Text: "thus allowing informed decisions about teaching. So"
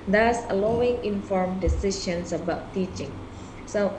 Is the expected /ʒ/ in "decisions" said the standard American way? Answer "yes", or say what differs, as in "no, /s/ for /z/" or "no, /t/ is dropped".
no, /ʃ/ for /ʒ/